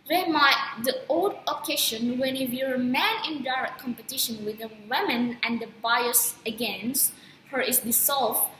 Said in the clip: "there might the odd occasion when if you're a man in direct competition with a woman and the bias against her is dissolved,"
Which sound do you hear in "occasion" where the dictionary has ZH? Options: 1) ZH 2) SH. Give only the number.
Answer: 2